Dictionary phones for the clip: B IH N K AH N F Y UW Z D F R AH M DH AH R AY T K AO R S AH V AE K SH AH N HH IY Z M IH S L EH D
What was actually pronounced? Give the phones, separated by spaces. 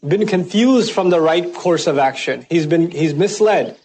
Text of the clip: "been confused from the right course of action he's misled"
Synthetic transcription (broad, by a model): B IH N K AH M F Y UW Z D F R AH M DH AH R AY T K AO R S AH V AE K SH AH N HH IY Z M IH S L EH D